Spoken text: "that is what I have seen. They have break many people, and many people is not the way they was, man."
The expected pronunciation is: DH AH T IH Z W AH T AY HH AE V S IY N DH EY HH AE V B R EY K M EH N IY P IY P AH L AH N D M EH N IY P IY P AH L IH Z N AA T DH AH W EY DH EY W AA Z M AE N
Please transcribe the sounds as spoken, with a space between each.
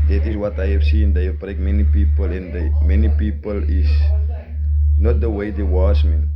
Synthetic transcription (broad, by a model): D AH T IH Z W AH T AY HH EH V S IY N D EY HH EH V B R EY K M EH N IY P IY P AH L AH N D M EH N IY P IY P AH L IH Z N AA T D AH W EY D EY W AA S M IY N